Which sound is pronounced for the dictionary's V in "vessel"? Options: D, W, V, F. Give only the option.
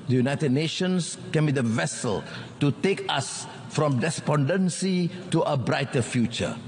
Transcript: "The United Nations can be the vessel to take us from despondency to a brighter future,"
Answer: V